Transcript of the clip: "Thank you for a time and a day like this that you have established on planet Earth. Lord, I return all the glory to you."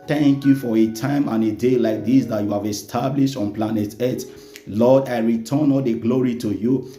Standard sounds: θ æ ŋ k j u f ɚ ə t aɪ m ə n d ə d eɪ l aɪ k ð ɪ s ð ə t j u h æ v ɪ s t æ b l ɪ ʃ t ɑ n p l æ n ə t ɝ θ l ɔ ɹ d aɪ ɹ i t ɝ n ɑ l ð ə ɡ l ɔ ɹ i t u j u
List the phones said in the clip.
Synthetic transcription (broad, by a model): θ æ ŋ k j u f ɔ ə t aɪ m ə n ə d eɪ l aɪ k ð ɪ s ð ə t j u h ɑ v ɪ s t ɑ b l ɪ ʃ t ɑ n p l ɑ n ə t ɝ t l ɔ d aɪ ɹ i t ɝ n ɑ l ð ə ɡ l ɔ ɹ i t u j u